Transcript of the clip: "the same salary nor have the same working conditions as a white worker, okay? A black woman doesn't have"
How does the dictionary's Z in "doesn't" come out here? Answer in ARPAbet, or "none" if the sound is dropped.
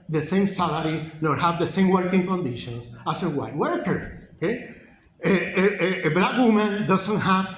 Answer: S